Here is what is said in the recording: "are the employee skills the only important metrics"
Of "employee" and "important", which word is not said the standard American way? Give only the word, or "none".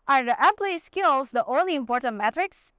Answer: employee